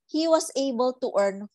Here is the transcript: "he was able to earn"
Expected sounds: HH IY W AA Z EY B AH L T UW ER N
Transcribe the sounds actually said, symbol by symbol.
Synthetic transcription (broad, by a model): HH IY W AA S EY B AH L T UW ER N